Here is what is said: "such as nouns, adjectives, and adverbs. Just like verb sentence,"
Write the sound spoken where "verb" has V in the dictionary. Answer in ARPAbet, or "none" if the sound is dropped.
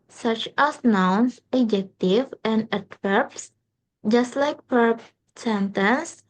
P